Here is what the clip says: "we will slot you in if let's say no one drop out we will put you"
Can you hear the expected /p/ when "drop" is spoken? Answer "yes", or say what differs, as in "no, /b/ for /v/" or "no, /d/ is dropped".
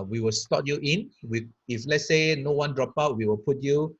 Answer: yes